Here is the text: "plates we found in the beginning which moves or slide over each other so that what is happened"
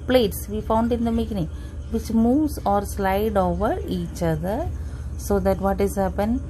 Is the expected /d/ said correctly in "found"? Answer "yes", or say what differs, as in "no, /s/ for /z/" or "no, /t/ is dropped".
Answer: yes